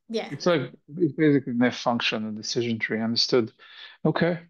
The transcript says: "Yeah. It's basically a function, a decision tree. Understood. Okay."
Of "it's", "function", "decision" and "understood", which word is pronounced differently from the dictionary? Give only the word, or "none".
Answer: none